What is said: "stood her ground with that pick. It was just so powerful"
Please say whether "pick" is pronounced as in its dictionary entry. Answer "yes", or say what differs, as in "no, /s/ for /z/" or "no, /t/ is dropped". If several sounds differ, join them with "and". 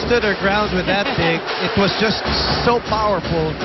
no, /b/ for /p/